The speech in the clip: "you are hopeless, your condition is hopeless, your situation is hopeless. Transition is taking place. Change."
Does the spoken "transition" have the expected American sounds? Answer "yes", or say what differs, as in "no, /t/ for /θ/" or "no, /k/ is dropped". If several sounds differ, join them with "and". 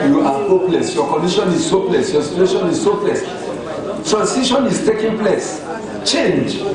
no, /s/ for /z/